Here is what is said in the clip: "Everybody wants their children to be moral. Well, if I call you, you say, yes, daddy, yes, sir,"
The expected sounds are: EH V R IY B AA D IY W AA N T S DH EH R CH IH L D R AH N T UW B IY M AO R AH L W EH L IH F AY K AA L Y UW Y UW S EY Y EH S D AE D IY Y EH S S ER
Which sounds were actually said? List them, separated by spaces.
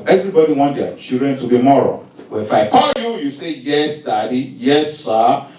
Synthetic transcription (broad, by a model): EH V R IY B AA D IY W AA N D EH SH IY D R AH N T UW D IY M AO R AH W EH N IH F AY K AA L Y UW Y UW S EY Y EH S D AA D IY Y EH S S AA